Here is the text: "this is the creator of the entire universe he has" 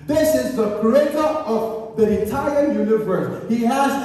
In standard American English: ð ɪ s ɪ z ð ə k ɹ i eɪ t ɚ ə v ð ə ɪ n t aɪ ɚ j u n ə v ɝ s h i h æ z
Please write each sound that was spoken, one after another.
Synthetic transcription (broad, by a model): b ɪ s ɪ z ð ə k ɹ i eɪ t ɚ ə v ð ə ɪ t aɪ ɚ j u n ə v ɝ s h i h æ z